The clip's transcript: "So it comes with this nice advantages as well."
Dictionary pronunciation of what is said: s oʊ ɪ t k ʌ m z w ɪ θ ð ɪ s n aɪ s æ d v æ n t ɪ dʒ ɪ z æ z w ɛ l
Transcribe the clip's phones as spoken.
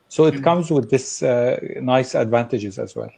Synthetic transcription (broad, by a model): s oʊ ɪ t k ʌ m z w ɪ ð ɪ s n aɪ s æ d v æ n t ɪ dʒ ɪ z æ z w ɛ l